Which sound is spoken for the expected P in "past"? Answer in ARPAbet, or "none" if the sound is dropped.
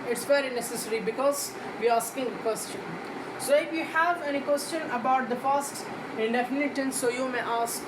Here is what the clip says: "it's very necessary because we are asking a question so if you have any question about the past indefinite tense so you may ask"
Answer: F